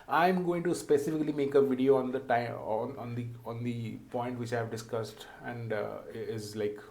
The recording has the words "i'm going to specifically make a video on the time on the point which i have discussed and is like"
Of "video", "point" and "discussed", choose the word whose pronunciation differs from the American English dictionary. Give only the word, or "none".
none